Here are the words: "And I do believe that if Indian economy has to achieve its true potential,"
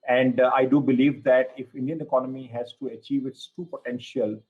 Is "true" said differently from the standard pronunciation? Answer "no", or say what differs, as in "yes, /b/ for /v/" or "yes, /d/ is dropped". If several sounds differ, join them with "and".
yes, /ɹ/ is dropped